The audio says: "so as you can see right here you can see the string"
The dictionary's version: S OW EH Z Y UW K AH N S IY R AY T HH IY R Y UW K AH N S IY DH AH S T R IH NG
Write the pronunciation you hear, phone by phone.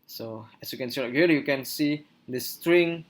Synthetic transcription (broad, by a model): S OW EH S Y UW K AH N S IY L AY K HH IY L Y UW K AH N S IY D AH S T R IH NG